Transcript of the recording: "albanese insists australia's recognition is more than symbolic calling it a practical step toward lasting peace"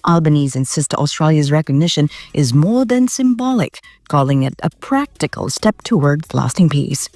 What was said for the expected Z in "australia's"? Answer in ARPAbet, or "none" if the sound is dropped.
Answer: Z